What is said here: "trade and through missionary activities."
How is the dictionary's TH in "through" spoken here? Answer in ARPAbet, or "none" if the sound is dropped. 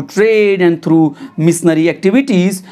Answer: T